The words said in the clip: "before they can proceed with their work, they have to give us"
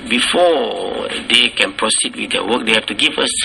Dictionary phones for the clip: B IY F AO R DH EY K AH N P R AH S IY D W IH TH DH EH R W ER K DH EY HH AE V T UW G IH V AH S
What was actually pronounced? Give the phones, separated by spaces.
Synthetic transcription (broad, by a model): B IY F AO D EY K AH N P R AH S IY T W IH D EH W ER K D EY HH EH F T UW G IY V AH S